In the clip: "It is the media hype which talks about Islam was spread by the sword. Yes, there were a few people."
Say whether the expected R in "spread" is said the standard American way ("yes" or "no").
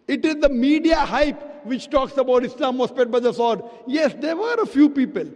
no